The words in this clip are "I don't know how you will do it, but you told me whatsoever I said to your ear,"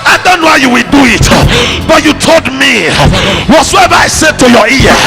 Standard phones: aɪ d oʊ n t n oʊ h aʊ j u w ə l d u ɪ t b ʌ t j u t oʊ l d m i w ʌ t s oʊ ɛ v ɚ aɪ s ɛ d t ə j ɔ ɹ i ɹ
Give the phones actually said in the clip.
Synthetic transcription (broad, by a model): aɪ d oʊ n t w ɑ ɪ j u w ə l d u ɪ t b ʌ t j u t oʊ l d m i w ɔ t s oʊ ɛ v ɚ aɪ s ɛ d t ə j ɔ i